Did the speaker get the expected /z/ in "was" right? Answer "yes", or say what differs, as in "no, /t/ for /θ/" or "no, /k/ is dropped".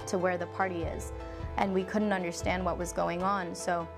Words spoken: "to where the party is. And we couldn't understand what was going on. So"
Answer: yes